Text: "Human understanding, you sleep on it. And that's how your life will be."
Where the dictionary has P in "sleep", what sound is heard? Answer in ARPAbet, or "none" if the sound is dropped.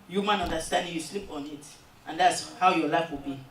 P